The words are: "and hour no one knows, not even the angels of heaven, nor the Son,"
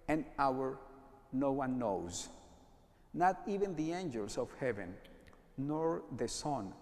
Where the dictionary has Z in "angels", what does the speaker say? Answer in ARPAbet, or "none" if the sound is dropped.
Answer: S